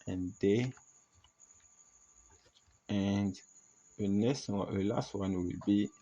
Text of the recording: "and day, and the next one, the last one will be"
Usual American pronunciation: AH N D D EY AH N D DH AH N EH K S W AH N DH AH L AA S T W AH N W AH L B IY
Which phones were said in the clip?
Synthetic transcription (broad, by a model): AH N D D EY AH N D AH N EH S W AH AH L AA S T W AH N W AH L B IY